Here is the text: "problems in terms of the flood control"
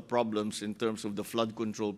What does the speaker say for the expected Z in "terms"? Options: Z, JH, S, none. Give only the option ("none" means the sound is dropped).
S